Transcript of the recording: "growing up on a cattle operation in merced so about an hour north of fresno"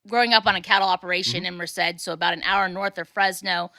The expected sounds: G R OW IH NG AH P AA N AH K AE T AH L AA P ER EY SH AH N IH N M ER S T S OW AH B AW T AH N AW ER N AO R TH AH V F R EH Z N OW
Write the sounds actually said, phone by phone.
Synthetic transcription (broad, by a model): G R OW IH NG AH P N AH K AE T L AA P ER EY SH AH N IH N M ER S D S OW AH B AW T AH N AW ER N AO R TH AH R F R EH Z N OW